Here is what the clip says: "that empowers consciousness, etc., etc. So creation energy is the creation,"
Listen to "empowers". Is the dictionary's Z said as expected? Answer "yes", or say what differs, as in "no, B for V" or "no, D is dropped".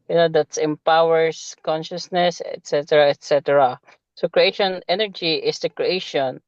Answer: no, S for Z